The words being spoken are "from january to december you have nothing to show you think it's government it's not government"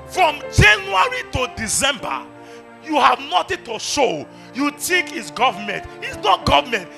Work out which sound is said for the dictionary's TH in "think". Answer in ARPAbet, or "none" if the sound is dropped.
T